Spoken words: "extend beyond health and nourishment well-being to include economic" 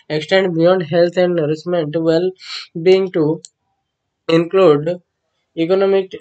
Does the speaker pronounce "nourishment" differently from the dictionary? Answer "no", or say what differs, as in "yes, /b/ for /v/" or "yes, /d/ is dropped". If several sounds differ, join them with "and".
yes, /s/ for /ʃ/